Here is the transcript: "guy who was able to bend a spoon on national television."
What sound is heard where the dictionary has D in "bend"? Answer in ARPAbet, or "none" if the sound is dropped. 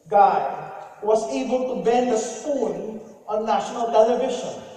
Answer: D